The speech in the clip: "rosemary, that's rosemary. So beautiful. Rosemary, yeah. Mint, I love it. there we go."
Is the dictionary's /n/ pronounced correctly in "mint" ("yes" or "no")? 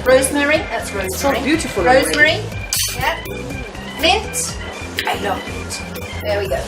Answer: no